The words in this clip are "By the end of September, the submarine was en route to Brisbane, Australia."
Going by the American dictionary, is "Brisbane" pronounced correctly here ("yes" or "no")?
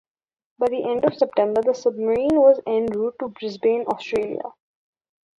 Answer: yes